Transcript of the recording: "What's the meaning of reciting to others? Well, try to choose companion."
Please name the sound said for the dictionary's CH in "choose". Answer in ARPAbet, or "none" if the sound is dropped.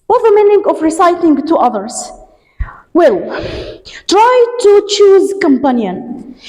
CH